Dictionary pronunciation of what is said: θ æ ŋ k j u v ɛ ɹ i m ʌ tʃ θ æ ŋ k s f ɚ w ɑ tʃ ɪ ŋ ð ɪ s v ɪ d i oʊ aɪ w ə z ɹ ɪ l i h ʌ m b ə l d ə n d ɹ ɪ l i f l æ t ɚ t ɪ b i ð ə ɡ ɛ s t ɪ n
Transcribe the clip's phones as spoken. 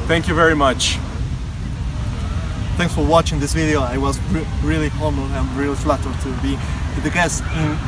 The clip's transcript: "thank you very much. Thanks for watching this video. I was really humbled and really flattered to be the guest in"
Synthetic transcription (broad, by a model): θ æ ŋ k j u v ɛ ɹ i m ʌ tʃ θ æ ŋ k s f ɚ w ɑ tʃ ɪ ŋ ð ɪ s v ɪ d i oʊ aɪ w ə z ɹ ɪ l i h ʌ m ə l ə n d ɹ ɪ l i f l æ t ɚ t ɪ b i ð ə ɡ ɛ s t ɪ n